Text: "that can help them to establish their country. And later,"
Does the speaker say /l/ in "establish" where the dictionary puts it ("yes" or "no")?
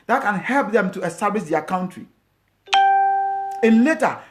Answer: no